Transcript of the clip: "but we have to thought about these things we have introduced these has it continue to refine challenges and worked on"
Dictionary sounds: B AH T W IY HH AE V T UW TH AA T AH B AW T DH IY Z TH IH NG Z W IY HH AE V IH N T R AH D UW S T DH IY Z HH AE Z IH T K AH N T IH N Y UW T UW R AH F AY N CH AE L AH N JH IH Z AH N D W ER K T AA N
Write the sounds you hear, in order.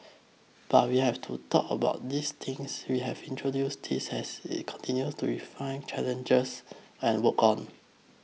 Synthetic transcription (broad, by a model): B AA T W IY HH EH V T UW T AA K AH B AW T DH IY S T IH NG S W IY HH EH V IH N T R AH D UW S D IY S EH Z IH T K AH N T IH N Y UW T UW R AH F AY N CH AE L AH N JH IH S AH N W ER K AA N